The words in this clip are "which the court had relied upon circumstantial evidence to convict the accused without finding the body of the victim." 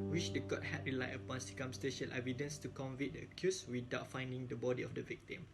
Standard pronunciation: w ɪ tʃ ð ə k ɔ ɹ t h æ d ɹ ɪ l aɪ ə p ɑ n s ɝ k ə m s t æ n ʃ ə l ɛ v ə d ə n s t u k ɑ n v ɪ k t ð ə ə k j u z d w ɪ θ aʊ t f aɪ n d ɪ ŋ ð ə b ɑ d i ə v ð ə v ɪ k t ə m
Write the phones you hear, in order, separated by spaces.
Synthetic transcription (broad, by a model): w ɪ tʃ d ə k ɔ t h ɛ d ɹ ɪ l aɪ ə p ɑ n s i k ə m s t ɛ ʃ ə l ɛ v ə d ə n s t u k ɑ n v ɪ t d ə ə k j u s w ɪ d aʊ t f aɪ n d ɪ ŋ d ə b ɑ d i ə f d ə v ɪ k t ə m